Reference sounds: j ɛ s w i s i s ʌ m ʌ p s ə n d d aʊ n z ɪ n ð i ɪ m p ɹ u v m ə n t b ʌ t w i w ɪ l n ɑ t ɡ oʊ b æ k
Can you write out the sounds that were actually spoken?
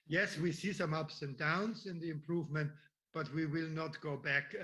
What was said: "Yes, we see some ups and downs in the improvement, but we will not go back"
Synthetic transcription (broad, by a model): j ɛ s w i s i s ʌ m ʌ p s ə n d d aʊ n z ɪ n ð i ɪ m p ɹ u v m ə n t b ʌ t w i w ɪ l n ɑ t ɡ oʊ b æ k